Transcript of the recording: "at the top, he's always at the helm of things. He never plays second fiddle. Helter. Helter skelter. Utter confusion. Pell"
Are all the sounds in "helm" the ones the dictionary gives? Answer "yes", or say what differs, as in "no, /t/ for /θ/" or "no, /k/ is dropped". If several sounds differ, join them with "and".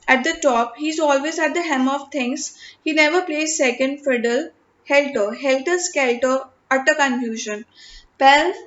no, /l/ is dropped